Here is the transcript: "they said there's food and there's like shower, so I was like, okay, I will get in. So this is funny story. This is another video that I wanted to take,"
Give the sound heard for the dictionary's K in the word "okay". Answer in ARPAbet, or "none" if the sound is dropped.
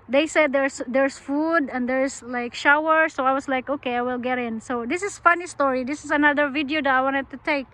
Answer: K